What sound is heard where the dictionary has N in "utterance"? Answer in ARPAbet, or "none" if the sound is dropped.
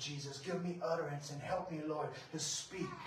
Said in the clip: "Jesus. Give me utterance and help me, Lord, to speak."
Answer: N